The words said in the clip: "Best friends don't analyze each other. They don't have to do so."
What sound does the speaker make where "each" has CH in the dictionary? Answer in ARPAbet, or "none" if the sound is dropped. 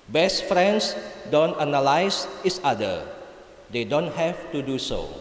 S